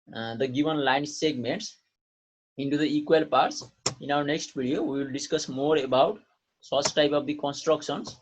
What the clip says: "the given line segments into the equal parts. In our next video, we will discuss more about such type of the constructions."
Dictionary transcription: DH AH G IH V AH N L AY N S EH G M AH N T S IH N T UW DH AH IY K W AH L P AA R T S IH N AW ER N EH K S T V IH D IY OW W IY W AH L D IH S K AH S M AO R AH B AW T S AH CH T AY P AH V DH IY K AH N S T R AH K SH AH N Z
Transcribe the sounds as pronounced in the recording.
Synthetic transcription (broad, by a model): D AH G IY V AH N L AY N S EH G M AH N T S IH N T UW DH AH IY K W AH L P AA R T S IH N AW ER N EH K S T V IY D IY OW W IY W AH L D IH S K AH S M AO R AH B AW T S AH S T AY P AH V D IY K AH N S T R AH K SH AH N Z